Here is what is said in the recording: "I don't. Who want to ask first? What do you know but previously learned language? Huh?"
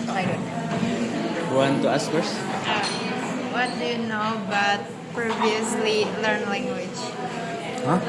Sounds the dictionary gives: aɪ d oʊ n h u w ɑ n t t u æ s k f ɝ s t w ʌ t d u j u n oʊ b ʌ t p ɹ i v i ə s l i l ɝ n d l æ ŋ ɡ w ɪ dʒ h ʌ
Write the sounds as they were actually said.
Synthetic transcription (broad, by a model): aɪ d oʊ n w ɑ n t t u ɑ s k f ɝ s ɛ w ʌ t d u j u n oʊ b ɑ t p ɹ i v i ə s l i l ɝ n l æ ŋ ɡ w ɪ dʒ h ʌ